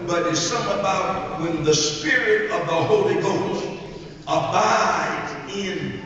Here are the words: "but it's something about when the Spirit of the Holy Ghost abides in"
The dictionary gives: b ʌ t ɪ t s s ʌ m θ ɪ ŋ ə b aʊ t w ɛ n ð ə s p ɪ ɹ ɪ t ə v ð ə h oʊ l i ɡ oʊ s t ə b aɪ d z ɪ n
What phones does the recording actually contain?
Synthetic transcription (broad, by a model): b ʌ t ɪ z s s ʌ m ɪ ə b aʊ t w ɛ n ð ə s p ɪ ɹ ɪ t ə v ð ə h oʊ l i ɡ oʊ s t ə b aɪ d ɪ n